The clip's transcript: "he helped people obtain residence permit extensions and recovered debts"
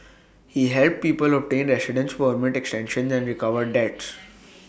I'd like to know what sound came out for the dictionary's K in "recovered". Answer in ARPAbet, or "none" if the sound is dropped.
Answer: K